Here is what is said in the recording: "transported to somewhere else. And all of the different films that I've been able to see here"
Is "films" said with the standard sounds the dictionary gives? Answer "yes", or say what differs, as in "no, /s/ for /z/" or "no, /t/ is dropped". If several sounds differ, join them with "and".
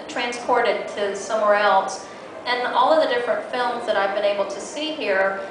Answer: yes